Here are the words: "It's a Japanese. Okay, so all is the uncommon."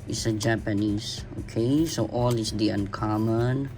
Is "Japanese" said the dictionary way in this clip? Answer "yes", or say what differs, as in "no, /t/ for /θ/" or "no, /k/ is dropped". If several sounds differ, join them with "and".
no, /s/ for /z/